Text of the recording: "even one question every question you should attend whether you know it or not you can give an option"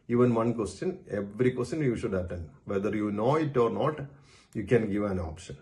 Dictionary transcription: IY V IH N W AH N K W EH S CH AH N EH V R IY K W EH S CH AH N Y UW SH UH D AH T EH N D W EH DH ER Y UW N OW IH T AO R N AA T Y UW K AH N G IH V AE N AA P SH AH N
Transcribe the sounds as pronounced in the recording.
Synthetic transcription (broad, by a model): IY V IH N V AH N K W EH S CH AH N EH V R IY K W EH S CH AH N Y UW SH UH D AH T EH N D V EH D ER Y UW N OW IH T AO R N AA T Y UW K AH N G IH V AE N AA P SH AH N